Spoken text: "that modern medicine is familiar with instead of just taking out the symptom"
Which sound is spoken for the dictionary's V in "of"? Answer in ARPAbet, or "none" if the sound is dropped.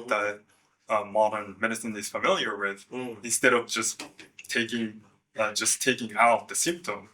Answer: V